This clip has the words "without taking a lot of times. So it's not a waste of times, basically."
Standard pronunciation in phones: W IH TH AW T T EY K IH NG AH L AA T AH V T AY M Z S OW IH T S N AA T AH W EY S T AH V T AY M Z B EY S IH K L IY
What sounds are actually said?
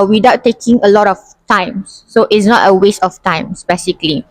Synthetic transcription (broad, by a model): W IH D AW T T EY K IH NG AH L AA T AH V T AY M S OW IH T S N AA T AH W EY S T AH F T AY M S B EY S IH K L IY